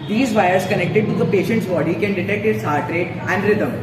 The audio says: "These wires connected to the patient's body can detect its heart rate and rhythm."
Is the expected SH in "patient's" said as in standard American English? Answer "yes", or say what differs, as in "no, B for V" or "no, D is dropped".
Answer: yes